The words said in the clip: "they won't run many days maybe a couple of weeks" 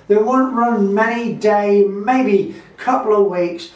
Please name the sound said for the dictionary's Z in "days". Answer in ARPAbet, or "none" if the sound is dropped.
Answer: none